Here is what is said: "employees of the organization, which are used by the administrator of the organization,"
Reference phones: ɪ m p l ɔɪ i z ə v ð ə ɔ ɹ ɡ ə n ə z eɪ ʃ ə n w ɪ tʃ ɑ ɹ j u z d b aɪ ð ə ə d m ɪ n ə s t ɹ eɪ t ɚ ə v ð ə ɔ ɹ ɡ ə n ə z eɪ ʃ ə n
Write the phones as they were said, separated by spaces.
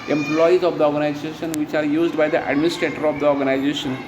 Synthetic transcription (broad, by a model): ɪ m p l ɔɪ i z ə v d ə ɔ ɹ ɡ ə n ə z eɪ ʃ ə n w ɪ tʃ ɑ ɹ j u z d b aɪ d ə ə d m ɪ n ə s t ɹ eɪ t ɚ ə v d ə ɔ ɹ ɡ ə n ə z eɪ ʃ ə n